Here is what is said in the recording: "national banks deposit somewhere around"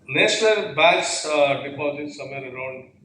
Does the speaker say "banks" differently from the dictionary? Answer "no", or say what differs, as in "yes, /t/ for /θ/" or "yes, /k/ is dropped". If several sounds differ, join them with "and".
yes, /ŋ/ is dropped